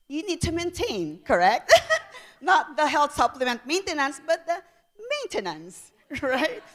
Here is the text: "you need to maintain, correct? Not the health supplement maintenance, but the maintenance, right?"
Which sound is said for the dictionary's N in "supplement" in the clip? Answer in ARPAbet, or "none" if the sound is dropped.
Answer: N